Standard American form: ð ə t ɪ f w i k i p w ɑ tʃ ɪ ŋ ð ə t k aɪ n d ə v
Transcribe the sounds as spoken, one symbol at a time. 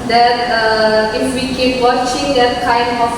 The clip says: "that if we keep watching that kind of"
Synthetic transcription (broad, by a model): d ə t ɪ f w i k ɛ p w ɑ tʃ ɪ ŋ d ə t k aɪ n ə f